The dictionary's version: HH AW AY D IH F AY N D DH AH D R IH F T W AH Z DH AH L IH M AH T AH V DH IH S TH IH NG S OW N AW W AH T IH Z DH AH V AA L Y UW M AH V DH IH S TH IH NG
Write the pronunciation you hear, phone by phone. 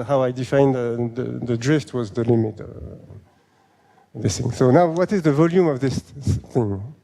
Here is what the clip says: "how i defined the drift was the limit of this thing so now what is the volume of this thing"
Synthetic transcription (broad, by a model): HH AW AY D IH F AY N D DH AH D R IH F T W AH Z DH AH L IH M AH T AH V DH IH S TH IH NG S OW N AW W AH T IH Z DH AH V AA L Y UW M AH V DH IH S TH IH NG